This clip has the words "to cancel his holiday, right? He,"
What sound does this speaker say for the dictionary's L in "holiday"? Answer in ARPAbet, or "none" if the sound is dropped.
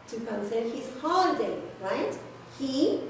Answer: none